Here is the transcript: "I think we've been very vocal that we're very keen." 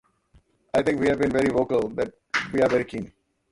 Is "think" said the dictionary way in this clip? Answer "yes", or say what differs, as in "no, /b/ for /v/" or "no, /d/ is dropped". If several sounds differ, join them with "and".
no, /t/ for /θ/